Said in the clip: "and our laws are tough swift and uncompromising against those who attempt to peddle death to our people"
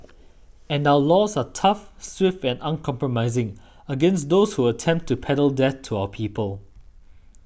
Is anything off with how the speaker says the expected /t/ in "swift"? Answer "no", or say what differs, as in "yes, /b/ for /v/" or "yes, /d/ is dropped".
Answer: no